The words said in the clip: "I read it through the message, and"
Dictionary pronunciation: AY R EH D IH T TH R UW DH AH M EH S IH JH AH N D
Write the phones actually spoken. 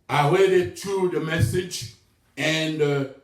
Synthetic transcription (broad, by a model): AY W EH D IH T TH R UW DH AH M EH S IH JH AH N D